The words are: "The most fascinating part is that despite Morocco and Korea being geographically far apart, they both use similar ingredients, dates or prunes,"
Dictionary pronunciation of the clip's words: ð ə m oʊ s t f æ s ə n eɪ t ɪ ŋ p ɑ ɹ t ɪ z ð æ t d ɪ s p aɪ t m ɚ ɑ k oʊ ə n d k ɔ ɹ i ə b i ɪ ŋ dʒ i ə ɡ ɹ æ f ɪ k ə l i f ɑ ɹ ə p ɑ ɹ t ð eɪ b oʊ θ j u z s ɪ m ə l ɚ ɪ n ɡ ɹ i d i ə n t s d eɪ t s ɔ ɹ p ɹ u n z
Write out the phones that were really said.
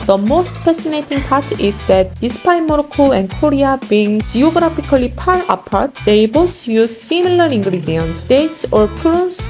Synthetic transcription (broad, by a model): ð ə m oʊ s t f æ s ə n eɪ t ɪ ŋ p ɑ ɹ t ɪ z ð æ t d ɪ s p aɪ m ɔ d k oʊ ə n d k ɔ ɹ i ə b i ŋ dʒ i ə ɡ ɹ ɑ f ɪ k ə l i p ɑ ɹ ə p ɑ ɹ t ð eɪ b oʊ s j u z s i m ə l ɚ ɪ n ɡ ɹ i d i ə n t s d eɪ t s ɔ ɹ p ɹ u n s